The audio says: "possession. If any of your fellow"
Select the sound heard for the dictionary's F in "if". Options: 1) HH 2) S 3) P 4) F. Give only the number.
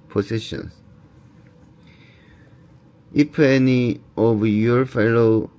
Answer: 3